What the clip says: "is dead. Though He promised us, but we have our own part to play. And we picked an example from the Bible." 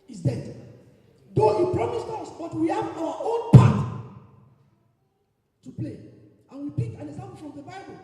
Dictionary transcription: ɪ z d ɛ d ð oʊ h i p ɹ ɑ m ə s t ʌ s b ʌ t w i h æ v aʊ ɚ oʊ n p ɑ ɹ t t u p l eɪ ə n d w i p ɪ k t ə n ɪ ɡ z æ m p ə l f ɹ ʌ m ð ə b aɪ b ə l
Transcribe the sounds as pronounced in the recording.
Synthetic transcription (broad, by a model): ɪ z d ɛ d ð oʊ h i p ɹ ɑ m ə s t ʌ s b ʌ t w i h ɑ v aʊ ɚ oʊ n p ɑ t t u p l eɪ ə n w i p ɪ k ə n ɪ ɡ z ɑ m p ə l f ɹ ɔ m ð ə b aɪ b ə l